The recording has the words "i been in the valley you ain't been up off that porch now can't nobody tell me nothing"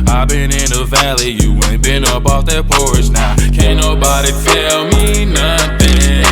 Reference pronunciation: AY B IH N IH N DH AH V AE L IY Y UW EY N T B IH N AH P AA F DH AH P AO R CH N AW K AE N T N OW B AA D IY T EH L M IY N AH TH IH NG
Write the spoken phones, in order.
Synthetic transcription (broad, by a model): AY B IH N IH N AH V AE L IY Y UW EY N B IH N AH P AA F DH AH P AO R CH N AW K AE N N OW B AA D IY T EH L M IY N AH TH IH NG